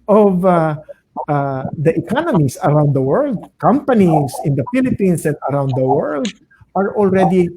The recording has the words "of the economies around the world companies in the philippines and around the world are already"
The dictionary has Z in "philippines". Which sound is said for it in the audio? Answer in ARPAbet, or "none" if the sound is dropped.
S